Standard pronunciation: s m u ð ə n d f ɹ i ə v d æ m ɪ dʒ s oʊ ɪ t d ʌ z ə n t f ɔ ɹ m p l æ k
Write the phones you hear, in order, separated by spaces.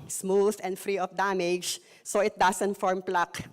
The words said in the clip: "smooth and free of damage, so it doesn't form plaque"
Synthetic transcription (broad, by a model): s m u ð ə n d f ɹ i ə f d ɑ m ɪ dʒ s oʊ ɪ t d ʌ s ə n t f ɔ ɹ m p l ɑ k